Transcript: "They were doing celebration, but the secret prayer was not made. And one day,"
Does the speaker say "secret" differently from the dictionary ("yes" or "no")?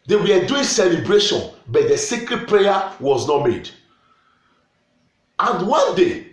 no